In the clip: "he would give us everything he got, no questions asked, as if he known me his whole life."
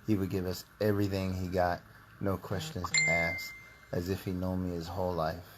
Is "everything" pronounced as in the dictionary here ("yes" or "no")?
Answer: yes